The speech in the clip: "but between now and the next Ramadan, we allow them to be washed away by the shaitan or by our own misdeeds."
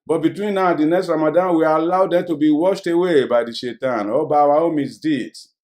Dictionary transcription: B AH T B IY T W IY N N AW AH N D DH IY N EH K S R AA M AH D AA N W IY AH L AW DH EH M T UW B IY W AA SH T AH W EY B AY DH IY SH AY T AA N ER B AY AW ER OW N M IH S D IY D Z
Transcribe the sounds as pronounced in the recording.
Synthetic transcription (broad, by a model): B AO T B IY T W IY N N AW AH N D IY N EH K S R AA M AH D AA N W IY AH L AW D EH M T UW B IY W AA SH T AH W EY B AY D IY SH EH T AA N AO B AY AW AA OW M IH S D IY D